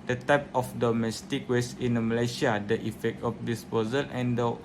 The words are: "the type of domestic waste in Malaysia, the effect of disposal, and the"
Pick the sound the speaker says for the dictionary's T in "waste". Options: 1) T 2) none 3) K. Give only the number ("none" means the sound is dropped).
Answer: 2